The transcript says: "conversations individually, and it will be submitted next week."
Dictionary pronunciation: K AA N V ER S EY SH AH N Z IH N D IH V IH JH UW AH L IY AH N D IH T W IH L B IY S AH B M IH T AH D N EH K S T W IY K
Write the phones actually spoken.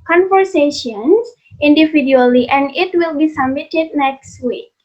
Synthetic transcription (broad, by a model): K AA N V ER S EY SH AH N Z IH N D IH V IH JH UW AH L IY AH N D IH T W IH L B IY S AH M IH T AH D N EH K S T W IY K